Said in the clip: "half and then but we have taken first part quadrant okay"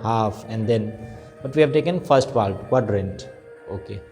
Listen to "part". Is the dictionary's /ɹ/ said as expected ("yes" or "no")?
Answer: no